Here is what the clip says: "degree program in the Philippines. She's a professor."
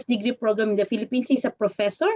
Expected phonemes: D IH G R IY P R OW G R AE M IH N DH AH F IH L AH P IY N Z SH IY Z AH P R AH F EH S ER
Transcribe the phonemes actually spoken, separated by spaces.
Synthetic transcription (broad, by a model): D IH G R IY P R OW G R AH M IH N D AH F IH L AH P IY N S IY S AH P R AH F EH S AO